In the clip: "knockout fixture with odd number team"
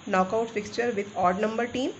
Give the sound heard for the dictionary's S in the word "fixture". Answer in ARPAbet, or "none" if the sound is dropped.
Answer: S